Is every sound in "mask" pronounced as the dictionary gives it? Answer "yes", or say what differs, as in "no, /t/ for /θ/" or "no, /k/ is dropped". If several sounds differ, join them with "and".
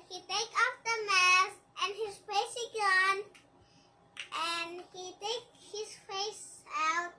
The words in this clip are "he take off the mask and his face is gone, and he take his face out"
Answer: no, /k/ is dropped